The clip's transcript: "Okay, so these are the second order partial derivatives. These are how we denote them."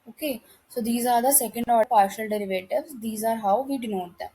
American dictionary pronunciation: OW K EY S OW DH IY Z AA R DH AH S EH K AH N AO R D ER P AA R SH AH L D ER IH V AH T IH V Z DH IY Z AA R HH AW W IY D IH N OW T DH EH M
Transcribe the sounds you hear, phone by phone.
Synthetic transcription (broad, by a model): OW K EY S OW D IY Z AA R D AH S EH K AH N D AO P AA R SH AH L D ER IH V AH T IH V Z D IY Z AA R HH AW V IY D IH N OW T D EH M